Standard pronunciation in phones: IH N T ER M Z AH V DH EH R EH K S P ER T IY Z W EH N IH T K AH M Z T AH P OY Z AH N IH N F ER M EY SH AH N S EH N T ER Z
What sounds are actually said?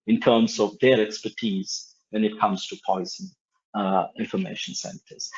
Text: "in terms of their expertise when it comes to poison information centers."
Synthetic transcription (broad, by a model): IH N T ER M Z AH V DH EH R EH K S P ER T IY Z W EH N IH T K AH M Z T AH P OY Z AH N IH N F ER M EY SH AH N S EH N T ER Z